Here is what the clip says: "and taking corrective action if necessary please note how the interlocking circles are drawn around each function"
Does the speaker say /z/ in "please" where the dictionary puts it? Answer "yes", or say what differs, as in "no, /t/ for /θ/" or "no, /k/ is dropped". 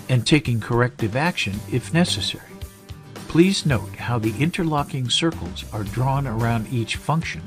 yes